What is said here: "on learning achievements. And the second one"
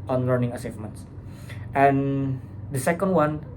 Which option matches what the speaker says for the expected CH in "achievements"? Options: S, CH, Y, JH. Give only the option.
S